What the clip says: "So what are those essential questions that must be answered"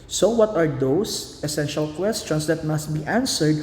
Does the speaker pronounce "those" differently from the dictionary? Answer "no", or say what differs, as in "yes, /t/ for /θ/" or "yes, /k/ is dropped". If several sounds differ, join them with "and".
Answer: yes, /s/ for /z/